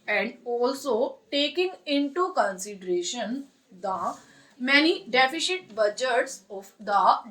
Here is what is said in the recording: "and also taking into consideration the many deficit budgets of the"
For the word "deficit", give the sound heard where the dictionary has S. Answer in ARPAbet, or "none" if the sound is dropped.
SH